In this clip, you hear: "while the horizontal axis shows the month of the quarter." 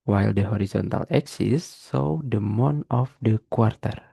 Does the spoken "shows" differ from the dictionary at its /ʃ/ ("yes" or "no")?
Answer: yes